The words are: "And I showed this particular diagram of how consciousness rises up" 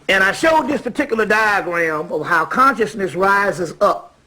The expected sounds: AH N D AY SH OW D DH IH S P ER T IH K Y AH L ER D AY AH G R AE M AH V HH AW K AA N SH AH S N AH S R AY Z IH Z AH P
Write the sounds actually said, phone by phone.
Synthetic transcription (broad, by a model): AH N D AY SH OW D DH IH S P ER T IH K Y L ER D AY AH G R AE M AH V HH AW K AA N SH AH S N AH S R AY Z IH Z AH P